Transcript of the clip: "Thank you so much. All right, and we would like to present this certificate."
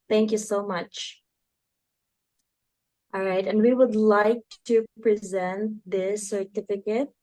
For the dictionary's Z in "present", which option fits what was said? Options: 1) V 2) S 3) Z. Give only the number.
3